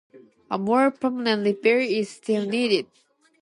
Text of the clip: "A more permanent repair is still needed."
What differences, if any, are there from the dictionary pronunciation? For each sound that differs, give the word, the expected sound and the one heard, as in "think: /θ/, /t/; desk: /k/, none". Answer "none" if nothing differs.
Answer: repair: /p/, /b/